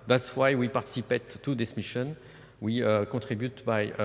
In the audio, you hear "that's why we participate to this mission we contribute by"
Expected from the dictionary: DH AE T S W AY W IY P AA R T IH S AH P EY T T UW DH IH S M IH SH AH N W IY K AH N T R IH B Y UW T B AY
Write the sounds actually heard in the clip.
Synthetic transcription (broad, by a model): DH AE T S W AY W IY P AA R T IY S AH P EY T T UW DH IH S M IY SH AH N W IY K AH T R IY B Y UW T B AY